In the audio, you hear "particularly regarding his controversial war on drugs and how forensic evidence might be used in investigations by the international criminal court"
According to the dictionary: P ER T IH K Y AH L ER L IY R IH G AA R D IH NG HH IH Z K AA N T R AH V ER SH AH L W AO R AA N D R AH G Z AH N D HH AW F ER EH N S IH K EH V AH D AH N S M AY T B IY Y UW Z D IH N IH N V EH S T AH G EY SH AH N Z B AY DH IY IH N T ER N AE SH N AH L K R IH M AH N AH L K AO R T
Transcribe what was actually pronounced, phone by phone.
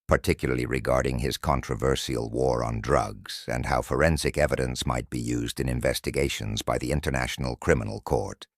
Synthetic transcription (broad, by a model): P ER T IH K Y L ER L IY R IH G AA R D IH NG IH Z K AA N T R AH V ER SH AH L W AO R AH N D R AH G Z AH N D HH AW F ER EH N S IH K EH V AH D AH N S M AY T B IY Y UW Z D IH N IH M V EH S T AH G EY SH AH N Z B AY DH IY IH N T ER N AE SH N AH L K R IH M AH N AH L K AO R T